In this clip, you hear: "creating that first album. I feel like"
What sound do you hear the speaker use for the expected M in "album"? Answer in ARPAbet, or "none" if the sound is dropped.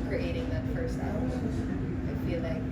none